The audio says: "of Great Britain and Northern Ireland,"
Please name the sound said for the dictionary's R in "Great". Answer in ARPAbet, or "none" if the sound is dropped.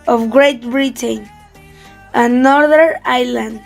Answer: R